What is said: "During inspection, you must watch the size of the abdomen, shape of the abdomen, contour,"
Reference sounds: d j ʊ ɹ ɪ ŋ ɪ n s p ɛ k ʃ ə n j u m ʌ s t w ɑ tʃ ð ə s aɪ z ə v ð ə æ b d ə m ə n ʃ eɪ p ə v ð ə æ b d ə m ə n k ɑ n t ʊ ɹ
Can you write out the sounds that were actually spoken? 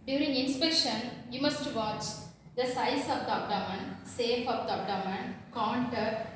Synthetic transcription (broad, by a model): d j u ɹ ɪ ŋ ɪ n s p ɛ k ʃ ə n j u m ʌ s t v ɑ tʃ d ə s aɪ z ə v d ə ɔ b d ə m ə n s eɪ f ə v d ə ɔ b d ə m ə n k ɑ n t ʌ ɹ